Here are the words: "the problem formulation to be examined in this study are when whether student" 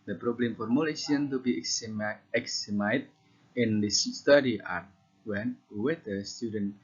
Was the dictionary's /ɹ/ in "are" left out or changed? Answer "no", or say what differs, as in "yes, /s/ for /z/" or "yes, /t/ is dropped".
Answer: no